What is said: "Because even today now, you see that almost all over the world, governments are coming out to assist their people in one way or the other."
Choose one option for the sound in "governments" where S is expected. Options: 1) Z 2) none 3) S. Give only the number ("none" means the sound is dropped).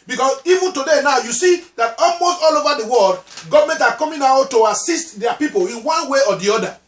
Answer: 2